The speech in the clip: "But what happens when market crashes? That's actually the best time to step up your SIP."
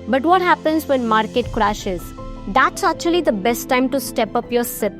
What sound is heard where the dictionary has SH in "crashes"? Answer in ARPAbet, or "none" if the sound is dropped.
SH